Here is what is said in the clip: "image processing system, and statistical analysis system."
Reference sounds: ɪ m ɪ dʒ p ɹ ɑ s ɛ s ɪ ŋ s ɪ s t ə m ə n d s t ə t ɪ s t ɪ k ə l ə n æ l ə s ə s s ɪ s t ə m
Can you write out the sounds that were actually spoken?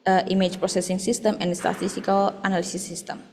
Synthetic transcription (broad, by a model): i m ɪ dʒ p ɹ ɑ s ɛ s ɪ ŋ s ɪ s t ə m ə n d s t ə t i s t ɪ k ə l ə n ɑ l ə s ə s s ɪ s t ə m